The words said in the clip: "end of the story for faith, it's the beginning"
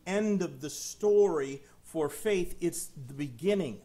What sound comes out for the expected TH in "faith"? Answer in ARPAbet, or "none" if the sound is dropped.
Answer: TH